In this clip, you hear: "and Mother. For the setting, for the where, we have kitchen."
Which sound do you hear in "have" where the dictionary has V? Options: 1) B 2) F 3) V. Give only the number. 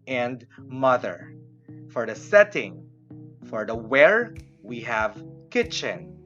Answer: 3